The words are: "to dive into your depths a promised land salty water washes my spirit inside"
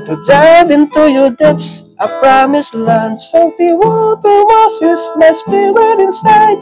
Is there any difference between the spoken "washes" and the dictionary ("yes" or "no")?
yes